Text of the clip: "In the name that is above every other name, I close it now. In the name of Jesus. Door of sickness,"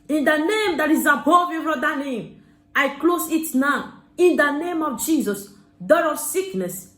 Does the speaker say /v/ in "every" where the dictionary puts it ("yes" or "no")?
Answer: no